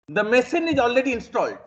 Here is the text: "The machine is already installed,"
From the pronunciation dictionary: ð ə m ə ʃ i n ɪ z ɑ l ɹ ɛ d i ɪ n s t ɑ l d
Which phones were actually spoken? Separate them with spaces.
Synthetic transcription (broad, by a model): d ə m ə s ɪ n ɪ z ɑ l ɹ ɛ d i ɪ n s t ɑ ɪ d